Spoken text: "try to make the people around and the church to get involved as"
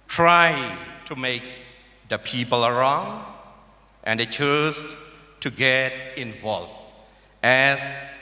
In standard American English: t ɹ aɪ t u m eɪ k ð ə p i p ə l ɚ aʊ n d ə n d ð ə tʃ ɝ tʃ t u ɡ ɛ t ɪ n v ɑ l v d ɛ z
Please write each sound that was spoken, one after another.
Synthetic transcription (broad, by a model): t ɹ aɪ t u m eɪ k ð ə p i p ə l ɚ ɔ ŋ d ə n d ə tʃ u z t u ɡ ɛ t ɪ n v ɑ l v ɛ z